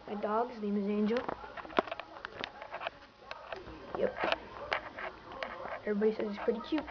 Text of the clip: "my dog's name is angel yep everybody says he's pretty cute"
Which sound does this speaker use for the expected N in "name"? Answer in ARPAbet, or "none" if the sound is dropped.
L